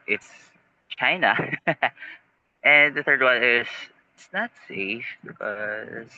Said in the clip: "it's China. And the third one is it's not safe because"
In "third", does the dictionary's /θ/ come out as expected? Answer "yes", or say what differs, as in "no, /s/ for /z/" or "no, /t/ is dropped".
yes